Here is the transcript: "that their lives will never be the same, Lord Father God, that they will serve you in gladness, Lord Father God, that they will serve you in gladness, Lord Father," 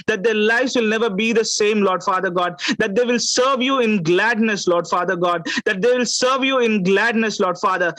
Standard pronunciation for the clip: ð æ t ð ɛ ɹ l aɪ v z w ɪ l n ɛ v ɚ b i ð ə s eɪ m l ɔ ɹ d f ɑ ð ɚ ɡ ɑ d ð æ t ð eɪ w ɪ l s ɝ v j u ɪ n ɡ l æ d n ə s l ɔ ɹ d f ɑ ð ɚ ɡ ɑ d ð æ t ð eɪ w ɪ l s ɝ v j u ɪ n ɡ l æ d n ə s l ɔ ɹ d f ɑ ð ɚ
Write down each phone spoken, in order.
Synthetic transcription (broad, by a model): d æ t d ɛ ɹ l aɪ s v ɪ l n ɛ v ɚ b i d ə s eɪ m l ɔ ɹ d f ɑ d ɚ ɡ ɑ d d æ t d eɪ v ɪ l s ɝ v j u ɪ n ɡ l æ d n ə s l ɔ ɹ d f ɑ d ɚ ɡ ɑ d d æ t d eɪ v ɪ l s ɝ v j u ɪ n ɡ l æ d n ə s l ɔ ɹ d f ɑ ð ɚ